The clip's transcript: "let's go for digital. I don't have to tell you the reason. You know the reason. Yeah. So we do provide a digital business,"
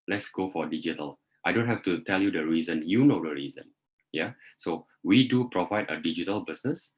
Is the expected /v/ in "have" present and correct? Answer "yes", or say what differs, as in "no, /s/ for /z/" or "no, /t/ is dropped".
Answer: no, /f/ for /v/